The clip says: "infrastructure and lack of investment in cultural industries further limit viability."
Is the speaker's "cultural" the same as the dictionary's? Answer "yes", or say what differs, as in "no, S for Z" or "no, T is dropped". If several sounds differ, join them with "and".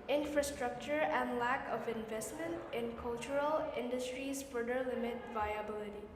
yes